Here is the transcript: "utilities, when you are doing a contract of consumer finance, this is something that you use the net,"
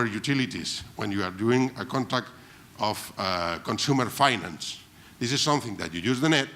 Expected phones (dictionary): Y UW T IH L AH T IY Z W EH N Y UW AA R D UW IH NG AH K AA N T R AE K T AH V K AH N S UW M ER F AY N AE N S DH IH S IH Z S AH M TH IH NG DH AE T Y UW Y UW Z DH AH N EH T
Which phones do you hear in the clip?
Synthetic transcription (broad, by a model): Y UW T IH L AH T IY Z W EH N Y UW AA R D UW IH NG AH K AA N T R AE K T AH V K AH N S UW M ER F AY N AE N S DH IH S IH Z S AH M TH IH NG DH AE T Y UW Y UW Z DH AH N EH T